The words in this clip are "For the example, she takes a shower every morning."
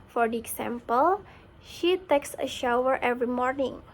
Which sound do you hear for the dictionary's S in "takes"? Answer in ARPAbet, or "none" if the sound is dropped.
S